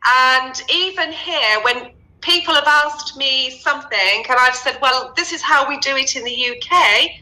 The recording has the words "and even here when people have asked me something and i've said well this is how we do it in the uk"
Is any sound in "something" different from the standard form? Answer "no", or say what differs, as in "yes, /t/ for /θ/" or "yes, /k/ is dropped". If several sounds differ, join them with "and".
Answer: no